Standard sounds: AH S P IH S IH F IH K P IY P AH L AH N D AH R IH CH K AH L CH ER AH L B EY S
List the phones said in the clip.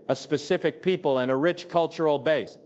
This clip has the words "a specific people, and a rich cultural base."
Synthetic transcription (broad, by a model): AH S P IH S IH F IH K P IY P AH L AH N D AH R IH CH K AH L CH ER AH L B EY S